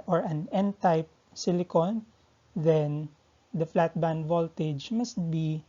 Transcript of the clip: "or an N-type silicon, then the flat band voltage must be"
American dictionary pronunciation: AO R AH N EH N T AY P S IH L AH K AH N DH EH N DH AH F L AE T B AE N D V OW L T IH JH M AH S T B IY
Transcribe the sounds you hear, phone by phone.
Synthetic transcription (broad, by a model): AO R AH N EH N T AY P S IH L AH K AH N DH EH N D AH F L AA T B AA N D V OW L T IH JH M AH S T B IY